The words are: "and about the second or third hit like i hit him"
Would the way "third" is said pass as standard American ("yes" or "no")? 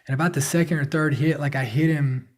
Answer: yes